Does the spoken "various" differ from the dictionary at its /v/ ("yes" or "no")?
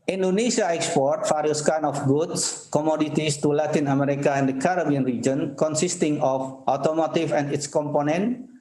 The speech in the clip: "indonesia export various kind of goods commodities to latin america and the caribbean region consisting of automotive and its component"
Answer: yes